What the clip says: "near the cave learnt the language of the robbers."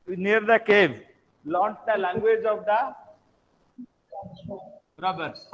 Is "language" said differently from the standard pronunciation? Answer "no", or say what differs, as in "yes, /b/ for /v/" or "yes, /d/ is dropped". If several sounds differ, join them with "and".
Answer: no